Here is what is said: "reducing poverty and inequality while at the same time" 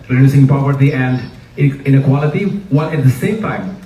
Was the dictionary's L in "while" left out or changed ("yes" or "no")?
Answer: yes